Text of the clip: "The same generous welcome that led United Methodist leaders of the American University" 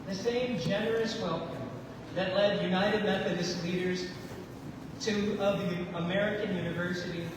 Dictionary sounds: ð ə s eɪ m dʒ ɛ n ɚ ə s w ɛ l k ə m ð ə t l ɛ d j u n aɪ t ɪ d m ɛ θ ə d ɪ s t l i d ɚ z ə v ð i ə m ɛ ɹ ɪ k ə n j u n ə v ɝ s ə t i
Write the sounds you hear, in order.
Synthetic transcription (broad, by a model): ð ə s eɪ m dʒ ɛ n ɚ ə s w ɛ l k ə m ð ə t l ɛ d j u n aɪ t ɪ d m ɛ θ ə d ɪ s t l i d ɚ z ə v ð i ə m ɛ ɹ ɪ k ə n j u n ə v ɝ s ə t i